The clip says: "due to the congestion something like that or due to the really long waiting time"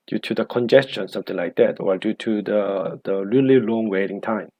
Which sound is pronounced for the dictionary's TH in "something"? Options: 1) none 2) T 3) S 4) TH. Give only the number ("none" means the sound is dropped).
2